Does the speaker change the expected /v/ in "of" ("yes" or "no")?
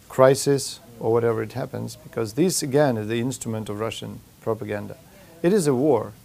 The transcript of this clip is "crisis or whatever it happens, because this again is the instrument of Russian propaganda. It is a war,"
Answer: no